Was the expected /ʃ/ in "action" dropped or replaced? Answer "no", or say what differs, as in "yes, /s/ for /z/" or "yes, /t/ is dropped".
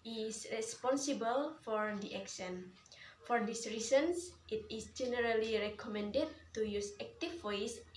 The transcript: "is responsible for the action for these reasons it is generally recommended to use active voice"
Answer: yes, /s/ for /ʃ/